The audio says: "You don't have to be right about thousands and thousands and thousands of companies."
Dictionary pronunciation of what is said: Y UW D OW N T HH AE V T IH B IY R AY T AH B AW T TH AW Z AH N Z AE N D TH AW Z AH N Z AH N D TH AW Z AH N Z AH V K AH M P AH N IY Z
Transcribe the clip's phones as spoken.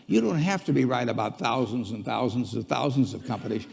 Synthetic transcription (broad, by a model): Y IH D OW N T HH AE F T IH B IY R AY T AH B AW T TH AW Z AH N Z N TH AW Z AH N Z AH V TH AW Z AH N Z AH V K AH M P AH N IY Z